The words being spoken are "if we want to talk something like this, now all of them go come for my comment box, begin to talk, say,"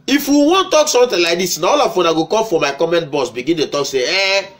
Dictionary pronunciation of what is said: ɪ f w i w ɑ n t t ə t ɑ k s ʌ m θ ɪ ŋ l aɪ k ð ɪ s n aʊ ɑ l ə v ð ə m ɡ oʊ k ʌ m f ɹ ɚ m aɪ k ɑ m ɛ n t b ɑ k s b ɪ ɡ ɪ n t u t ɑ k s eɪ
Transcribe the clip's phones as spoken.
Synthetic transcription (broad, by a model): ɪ f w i w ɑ n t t t ɑ k s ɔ m t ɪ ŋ l aɪ k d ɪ s n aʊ ɑ l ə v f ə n ɡ oʊ k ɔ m f ɹ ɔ m aɪ k ɑ m ɛ n t b ɑ s b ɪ ɡ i n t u t ɑ k s eɪ